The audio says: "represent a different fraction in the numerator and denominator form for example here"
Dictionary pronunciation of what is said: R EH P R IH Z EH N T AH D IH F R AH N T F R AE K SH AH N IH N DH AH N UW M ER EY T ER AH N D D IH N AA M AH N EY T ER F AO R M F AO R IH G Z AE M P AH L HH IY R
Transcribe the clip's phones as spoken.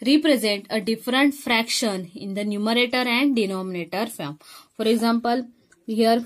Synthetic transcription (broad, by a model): R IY P R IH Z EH N T AH D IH F R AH N T F R AE K SH AH N IH N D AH N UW M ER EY T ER AH N D D IH N AA M AH N EY T ER F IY L M F AO R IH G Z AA M P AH L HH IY R